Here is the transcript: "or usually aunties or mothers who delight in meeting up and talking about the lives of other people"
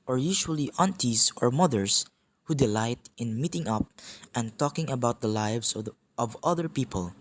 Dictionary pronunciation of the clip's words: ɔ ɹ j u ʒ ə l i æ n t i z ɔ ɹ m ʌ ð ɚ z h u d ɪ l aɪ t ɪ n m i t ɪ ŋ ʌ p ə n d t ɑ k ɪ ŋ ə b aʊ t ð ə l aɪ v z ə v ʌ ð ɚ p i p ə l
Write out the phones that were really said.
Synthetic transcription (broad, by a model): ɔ ɹ j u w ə l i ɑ n t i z ɔ ɹ m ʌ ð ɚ s h u d ɪ l aɪ t ɪ n m i t ɪ ŋ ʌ p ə n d t ɑ k ɪ ŋ ə b aʊ t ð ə l aɪ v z ə v ʌ ð ɚ p i p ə l